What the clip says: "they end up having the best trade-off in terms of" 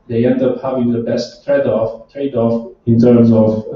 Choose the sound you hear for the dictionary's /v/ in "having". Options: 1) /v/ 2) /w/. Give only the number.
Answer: 1